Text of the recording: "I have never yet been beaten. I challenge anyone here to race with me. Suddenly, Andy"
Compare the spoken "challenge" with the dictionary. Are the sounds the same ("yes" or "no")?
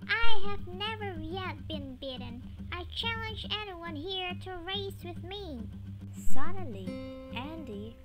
yes